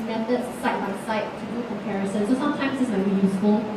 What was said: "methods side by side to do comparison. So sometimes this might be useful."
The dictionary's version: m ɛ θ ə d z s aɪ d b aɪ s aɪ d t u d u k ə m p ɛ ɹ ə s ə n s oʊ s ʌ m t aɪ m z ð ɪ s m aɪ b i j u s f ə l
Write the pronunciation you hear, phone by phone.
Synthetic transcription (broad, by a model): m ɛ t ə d s aɪ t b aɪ s aɪ t u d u k ə m p ɛ ɹ ə s ə n s oʊ s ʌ m t aɪ m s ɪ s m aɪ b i j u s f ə l